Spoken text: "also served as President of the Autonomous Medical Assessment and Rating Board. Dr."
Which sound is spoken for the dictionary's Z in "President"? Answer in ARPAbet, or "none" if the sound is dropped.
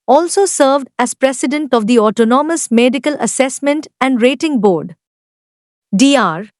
S